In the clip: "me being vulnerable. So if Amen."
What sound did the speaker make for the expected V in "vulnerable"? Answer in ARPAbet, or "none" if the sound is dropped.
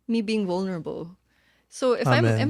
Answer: V